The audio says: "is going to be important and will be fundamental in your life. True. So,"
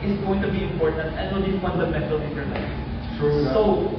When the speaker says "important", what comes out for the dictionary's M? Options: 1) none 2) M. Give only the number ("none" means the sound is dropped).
2